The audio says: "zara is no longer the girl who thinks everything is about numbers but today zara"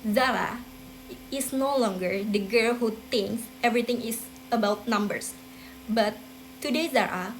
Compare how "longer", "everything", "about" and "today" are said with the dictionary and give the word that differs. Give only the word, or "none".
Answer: everything